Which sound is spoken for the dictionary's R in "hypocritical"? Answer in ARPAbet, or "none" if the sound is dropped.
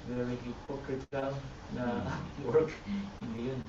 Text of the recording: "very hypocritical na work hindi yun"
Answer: none